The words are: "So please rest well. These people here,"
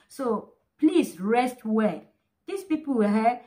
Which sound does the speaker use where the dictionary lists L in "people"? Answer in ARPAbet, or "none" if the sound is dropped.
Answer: W